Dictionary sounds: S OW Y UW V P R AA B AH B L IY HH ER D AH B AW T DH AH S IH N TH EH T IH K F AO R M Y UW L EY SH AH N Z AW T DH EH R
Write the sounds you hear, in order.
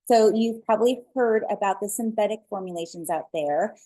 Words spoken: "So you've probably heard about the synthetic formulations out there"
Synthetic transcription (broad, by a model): S OW Y UW V P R AA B AH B L IY HH ER D AH B AW T DH AH S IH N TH EH T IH K F AO R M Y UW L EY SH AH N Z AW T DH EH R